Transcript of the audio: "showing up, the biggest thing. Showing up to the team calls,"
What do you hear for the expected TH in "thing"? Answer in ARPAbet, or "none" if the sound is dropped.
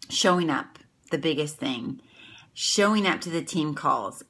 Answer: TH